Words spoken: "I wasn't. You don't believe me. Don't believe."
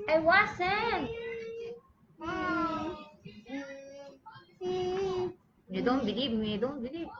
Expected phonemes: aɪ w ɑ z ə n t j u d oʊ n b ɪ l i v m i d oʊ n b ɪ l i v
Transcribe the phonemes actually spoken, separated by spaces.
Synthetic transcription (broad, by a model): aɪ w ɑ s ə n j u d oʊ n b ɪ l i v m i d oʊ n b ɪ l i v